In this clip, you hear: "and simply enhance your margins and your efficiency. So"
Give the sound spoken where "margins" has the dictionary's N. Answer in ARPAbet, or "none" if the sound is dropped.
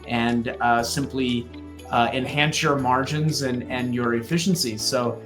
N